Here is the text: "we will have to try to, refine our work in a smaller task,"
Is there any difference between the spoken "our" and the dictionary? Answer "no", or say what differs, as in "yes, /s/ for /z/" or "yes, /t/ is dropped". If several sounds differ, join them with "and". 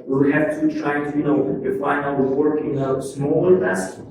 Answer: yes, /l/ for /ɹ/